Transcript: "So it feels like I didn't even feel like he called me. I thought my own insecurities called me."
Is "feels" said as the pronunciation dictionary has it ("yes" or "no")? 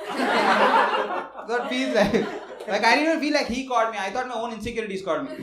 no